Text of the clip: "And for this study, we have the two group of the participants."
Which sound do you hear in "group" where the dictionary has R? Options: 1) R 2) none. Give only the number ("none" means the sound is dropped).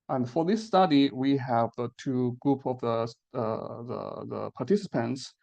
1